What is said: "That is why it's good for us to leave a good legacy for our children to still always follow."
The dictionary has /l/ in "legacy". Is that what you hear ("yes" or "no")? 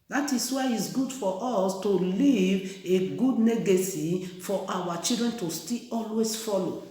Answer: no